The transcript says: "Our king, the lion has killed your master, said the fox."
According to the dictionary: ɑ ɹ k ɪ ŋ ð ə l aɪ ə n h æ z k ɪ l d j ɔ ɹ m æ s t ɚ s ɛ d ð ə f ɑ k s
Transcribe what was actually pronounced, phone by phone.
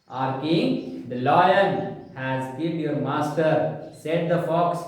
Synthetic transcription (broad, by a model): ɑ ɹ k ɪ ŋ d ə l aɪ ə l h æ z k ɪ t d j ɔ ɹ m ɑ s t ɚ s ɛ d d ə f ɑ k s